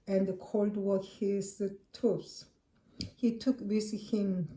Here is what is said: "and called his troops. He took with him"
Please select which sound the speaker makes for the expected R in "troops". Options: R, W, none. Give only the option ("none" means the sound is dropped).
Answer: none